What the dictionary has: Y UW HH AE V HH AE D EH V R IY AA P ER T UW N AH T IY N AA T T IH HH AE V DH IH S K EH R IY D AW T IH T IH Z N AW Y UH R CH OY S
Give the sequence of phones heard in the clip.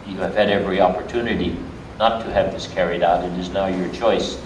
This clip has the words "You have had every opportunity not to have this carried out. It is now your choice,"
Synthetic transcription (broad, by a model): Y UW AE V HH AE D EH V R IY AA P ER T UW N AH T IY N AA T T IH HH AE V DH IH S K EH R IY D AW T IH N IH Z N AW Y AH R CH OY S